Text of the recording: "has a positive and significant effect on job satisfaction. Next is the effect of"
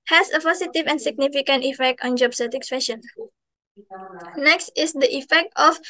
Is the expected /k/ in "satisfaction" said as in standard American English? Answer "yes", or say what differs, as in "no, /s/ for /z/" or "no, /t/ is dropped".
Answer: no, /k/ is dropped